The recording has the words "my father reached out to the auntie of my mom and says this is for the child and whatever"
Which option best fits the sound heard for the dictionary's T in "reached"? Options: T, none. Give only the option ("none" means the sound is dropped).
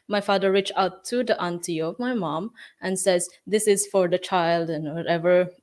none